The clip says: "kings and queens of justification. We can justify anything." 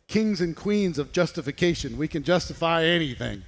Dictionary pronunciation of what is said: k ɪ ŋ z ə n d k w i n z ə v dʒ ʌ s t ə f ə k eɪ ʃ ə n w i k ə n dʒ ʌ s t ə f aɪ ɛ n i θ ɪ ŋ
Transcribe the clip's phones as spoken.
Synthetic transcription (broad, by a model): k ɪ ŋ z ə n k w i n z ə v dʒ ʌ s t ə f ə k eɪ ʃ ə n w i k ə n dʒ ʌ s t ə f aɪ ɛ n i θ ɪ ŋ